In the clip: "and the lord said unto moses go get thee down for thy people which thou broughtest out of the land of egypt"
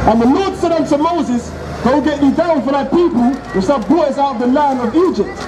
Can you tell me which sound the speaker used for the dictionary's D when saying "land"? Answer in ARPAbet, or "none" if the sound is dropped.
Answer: none